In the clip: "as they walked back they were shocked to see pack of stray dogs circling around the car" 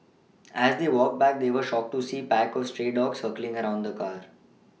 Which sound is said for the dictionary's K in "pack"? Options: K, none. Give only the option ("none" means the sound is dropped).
K